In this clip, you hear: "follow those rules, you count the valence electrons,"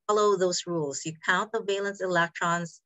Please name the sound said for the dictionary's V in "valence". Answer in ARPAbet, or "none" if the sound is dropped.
V